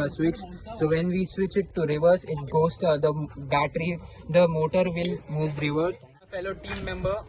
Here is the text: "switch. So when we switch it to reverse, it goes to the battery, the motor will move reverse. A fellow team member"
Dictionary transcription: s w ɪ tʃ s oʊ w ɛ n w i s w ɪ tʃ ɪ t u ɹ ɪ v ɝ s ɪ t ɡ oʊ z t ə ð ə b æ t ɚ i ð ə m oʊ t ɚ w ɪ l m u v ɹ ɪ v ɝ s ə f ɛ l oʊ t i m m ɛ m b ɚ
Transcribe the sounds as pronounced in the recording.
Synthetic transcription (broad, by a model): s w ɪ tʃ s oʊ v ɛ n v i s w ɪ tʃ ɪ t u ɹ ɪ v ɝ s ɪ t ɡ oʊ s t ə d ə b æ t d i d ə m oʊ t ɚ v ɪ l m u v ɹ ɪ v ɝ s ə f ɛ l oʊ t i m m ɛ m b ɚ